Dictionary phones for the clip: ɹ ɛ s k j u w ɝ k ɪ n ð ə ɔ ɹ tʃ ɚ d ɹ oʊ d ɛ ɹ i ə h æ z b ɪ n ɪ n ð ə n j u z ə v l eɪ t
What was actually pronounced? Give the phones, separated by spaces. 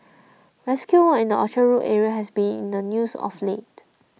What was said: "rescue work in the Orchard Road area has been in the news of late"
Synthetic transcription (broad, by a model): ɹ ɛ s k j u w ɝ ɪ n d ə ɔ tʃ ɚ ɹ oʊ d ɛ ɹ i ə h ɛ s b ɪ n ɪ n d ə n j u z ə f l eɪ t